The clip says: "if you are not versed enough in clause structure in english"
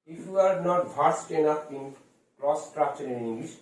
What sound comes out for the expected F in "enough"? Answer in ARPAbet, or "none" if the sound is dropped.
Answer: P